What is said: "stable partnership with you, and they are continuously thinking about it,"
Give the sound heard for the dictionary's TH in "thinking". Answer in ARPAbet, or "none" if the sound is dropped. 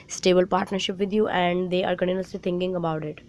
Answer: T